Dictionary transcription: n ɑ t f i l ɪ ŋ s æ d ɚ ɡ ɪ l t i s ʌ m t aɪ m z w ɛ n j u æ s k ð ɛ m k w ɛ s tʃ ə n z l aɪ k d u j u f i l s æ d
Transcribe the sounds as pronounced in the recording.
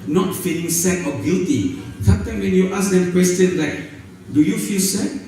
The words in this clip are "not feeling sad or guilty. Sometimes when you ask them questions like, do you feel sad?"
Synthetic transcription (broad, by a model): n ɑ t f i l ɪ ŋ s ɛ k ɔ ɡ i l t i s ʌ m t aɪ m w ɛ n j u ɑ s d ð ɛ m k w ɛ s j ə n l aɪ k d u j u f i l s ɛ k